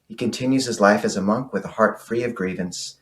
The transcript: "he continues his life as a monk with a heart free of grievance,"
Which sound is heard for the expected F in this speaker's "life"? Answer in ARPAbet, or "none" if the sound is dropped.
F